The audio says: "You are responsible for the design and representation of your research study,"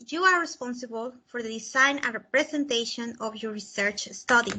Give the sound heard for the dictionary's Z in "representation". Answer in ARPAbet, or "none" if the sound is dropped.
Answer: S